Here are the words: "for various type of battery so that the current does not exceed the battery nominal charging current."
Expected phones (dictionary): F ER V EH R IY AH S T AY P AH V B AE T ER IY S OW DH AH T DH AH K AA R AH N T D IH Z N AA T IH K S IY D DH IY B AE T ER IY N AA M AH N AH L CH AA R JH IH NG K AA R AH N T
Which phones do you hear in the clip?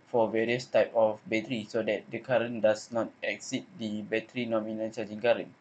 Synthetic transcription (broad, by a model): F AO V EH R IY AH S T AY P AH F B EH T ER IY S OW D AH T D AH K AA R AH N D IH S N AA T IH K S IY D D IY B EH T ER IY N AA M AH N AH N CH AA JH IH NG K AA R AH N